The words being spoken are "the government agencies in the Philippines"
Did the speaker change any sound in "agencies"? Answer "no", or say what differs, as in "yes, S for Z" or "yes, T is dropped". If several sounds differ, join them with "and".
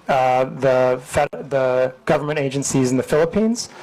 no